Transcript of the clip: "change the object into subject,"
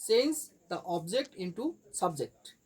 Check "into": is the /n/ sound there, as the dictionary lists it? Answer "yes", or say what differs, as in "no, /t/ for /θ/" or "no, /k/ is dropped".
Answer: yes